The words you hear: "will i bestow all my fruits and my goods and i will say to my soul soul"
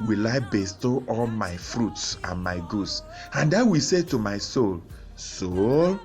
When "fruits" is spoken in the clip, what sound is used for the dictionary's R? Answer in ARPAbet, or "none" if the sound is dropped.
R